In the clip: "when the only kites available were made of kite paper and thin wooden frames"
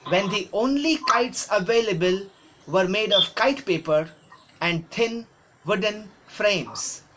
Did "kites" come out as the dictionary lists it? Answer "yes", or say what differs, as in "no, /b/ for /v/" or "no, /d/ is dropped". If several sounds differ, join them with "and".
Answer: yes